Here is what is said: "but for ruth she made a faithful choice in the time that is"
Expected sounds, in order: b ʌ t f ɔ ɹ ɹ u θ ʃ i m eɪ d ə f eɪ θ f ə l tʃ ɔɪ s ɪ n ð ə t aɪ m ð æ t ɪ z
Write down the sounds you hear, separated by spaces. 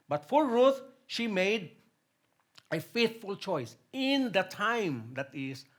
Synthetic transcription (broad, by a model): b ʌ t f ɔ l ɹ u t ʃ i m eɪ d ə f eɪ t f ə l tʃ ɔɪ s ɪ n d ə t aɪ m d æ t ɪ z